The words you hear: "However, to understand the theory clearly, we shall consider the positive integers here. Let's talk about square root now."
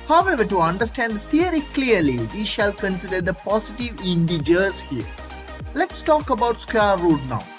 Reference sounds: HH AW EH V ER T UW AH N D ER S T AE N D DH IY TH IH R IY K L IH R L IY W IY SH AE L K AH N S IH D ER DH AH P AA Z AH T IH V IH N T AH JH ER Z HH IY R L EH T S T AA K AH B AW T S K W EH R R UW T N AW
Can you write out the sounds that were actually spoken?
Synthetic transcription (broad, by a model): HH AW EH V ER T UW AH N D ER S T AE N D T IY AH R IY K L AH R L IY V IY SH AE L K AH N S IH D ER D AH P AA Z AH T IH V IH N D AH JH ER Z HH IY R L EH T S T AA K AH B AW T S K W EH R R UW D N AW